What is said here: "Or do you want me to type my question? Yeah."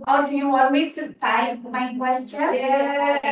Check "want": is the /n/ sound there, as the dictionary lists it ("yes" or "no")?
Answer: no